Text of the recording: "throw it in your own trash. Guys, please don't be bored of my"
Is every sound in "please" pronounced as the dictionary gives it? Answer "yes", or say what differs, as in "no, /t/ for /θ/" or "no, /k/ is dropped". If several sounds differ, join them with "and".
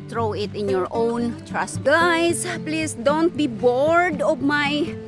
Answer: no, /s/ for /z/